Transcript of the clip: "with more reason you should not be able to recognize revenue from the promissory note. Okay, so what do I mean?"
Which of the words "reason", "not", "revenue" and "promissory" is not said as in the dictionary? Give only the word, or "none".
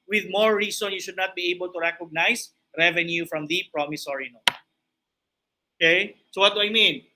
reason